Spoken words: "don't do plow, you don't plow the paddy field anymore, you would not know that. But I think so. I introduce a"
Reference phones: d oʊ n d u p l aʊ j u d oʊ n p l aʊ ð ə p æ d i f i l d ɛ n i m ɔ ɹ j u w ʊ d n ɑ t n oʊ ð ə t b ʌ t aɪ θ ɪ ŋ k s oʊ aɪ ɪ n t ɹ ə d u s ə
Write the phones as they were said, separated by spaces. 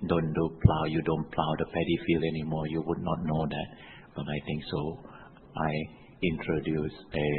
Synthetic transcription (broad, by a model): d oʊ n d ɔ p l aʊ j u d oʊ n p l aʊ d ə p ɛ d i f i l ɛ n i m ɔ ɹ j u w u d n ɑ t n oʊ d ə t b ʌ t aɪ t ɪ ŋ k s oʊ aɪ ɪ n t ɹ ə d u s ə